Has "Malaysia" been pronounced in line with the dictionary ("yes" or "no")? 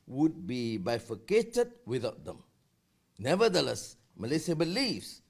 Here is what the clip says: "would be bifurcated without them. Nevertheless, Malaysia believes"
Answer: no